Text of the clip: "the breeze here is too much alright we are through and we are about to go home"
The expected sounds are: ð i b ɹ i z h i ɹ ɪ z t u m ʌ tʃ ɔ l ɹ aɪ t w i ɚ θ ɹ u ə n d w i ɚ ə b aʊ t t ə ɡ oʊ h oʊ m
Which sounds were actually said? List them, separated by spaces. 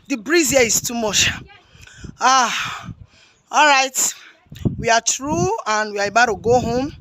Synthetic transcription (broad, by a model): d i b ɹ i z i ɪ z t u m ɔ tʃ ɔ l ɹ aɪ t w i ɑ t ɹ u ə n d w i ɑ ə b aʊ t t ə ɡ oʊ h oʊ m